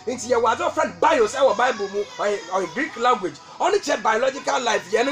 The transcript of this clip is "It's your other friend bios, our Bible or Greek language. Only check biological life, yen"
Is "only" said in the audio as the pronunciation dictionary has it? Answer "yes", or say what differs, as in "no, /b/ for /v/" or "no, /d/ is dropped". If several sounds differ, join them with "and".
no, /l/ is dropped